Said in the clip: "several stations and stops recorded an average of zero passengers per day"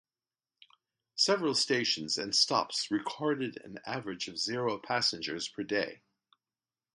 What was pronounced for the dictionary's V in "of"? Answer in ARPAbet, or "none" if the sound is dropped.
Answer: V